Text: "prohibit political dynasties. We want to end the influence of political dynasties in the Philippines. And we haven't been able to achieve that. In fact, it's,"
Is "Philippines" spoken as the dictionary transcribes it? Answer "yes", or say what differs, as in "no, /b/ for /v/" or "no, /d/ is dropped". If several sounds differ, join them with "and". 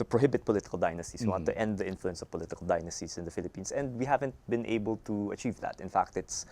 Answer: no, /s/ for /z/